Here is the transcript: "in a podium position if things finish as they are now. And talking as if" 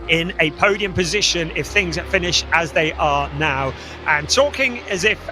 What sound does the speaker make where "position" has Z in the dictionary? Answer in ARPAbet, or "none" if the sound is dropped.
Z